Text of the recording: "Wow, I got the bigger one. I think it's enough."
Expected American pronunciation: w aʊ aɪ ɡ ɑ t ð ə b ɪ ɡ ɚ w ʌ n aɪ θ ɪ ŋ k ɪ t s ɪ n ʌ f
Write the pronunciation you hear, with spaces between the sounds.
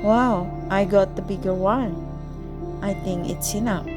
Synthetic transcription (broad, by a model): w aʊ aɪ ɡ ɑ t ð ə b ɪ ɡ ɚ w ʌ n aɪ θ ɪ ŋ k ɪ t s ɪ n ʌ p